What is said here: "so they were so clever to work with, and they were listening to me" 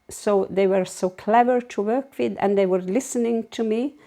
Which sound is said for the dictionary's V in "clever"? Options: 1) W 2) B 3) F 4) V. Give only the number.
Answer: 4